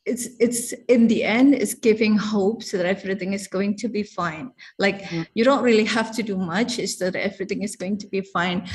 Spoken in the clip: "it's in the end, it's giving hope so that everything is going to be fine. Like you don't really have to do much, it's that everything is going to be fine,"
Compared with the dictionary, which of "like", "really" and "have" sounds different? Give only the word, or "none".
have